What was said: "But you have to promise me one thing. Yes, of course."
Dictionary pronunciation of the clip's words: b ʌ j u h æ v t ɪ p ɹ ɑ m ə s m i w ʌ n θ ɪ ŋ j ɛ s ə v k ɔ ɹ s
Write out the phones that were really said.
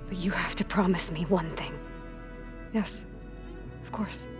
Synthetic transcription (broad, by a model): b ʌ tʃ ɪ h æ f t ɪ p ɹ ɑ m ə s m i w ʌ n θ ɪ ŋ j ɛ s ə v k ɔ ɹ s